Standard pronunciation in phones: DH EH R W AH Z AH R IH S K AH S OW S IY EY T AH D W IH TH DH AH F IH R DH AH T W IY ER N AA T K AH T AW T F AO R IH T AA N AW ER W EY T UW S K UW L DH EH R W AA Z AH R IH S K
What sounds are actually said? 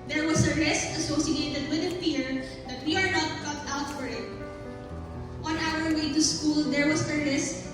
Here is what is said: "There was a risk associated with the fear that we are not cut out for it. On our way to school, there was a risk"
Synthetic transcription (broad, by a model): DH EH R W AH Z AH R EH S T AH S OW S IY EY T AH D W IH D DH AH P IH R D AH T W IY ER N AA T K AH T AW T F AO R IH T AA N AW ER W EY T UW S K UW L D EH R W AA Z AH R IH S